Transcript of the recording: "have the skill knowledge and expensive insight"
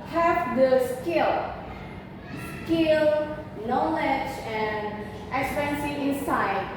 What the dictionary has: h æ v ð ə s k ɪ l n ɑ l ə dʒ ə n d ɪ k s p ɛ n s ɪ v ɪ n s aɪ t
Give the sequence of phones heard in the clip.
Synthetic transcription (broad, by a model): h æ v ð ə s k ɪ l n ɑ l ə dʒ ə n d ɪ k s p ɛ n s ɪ ɪ n s aɪ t